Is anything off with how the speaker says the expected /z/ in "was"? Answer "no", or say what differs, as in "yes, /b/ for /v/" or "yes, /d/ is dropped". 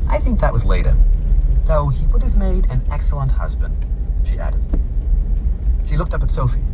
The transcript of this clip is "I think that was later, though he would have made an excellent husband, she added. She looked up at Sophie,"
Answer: no